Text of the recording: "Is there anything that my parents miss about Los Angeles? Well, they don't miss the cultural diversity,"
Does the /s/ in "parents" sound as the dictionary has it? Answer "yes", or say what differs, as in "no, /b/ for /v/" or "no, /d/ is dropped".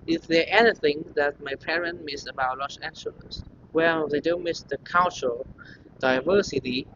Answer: no, /s/ is dropped